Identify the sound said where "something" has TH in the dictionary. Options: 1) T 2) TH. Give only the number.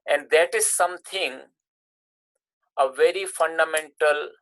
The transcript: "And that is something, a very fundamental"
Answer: 1